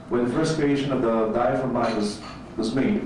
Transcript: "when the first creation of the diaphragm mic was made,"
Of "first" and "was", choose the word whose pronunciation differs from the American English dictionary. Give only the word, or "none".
none